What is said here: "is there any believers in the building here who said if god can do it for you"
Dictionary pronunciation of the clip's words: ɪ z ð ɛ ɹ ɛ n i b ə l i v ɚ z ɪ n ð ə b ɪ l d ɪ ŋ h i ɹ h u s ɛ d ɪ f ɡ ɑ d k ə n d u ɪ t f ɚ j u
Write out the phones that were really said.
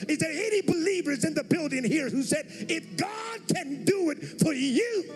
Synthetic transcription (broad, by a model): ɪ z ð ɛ ɹ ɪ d i b ə l i v ɚ z ɪ n ð ə b ɪ l d ɪ ŋ h i ɹ h u s ɛ d ɪ f ɡ ɑ d k ə n d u ɪ t f ɚ j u